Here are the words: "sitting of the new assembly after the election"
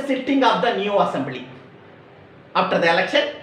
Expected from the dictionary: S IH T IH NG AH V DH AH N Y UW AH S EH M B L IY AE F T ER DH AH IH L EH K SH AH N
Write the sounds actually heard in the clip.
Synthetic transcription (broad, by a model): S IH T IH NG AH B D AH N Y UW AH S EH M B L IY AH P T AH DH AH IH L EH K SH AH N